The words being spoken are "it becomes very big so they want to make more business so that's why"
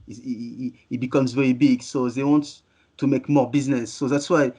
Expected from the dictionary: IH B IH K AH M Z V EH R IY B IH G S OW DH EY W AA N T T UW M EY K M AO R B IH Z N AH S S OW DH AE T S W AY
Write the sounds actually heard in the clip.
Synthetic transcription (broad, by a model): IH B IH K AH M Z V EH R IY B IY G S OW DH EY W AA N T T UW M EY K M AO R B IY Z N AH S S OW DH AE T S W AY